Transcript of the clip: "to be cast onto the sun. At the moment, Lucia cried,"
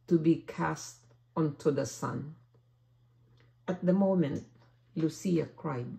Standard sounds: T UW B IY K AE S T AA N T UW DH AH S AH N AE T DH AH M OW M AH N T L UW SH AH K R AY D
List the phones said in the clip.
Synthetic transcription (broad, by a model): T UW B IY K AE S T AA N T UW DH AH S AH N AE T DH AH M OW M AH N T L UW S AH K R AY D